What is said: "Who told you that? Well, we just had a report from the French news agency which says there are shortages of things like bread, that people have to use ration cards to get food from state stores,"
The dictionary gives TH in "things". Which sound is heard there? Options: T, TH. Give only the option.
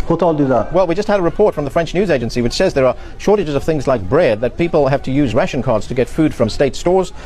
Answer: TH